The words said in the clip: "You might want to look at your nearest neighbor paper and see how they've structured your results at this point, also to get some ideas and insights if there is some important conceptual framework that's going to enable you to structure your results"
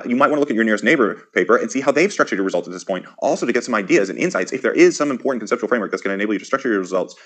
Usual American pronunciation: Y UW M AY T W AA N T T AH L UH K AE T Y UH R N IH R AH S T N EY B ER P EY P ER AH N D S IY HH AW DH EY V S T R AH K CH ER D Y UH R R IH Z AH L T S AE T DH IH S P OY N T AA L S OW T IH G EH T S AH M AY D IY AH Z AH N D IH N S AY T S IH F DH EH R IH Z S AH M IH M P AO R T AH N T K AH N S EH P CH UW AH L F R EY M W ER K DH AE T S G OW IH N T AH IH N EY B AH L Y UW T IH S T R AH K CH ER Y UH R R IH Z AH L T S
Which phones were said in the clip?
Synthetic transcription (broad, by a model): Y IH M AY T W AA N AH L UH K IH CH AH R N IH R AH S T N EY B ER P EY P ER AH N S IY HH AW DH EY V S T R AH K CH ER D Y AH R R IH Z AH L T S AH T DH IH S P OY N T AA L S OW T IH G EH T S AH M AY D IY AH Z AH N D IH N S AY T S IH F DH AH R IH Z S AH M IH M P AO R T N K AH N S EH P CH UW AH L F R EY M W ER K DH AE T S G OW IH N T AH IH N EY AH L Y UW T IH S T R AH K CH ER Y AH R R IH Z AH L T S